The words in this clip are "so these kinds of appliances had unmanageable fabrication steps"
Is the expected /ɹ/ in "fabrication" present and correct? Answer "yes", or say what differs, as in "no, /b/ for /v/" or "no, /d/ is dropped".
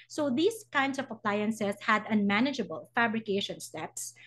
yes